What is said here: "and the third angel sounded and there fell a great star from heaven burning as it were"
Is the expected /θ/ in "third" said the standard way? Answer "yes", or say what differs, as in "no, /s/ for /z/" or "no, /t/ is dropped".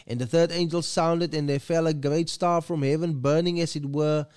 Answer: yes